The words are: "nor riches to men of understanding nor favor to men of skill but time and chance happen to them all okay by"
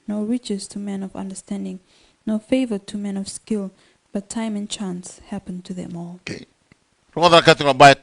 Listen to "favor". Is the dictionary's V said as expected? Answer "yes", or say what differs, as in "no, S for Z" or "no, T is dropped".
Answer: yes